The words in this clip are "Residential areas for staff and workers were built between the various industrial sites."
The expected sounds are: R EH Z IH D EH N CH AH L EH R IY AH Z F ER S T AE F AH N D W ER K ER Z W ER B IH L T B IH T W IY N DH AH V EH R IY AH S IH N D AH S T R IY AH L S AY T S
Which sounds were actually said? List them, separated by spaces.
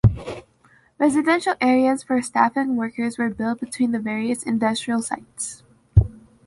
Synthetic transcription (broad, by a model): R EH Z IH D EH N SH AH L EH R IY AH Z F ER S T AE F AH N W ER K ER Z W ER B IH L T B IH T W IY N DH AH V EH R IY AH S IH N D AH S T R IY AH L S AY T S